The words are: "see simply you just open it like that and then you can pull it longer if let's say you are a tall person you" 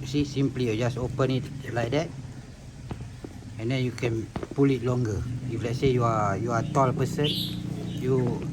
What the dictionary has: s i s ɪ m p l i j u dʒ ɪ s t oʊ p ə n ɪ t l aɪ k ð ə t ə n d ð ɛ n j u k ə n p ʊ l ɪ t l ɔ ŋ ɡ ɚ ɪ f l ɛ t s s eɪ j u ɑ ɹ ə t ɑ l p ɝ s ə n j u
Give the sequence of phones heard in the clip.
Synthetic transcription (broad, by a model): s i s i m p l i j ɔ dʒ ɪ s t oʊ p ə n ɪ t l aɪ k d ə t ə n d ɛ n j u k ə n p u l ɪ t l ɔ ŋ ɡ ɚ ɪ f l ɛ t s s eɪ j u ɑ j ə t ɑ l p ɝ s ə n j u